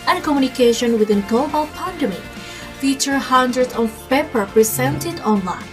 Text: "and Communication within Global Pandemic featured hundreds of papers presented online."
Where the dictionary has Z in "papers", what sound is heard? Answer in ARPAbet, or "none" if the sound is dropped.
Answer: none